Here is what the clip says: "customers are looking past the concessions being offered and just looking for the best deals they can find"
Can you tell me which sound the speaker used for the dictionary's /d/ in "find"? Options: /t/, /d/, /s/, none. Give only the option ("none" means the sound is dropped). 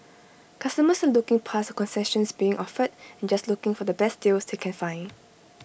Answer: none